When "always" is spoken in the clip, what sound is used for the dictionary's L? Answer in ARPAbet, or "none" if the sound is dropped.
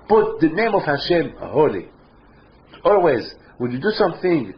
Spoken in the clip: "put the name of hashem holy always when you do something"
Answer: L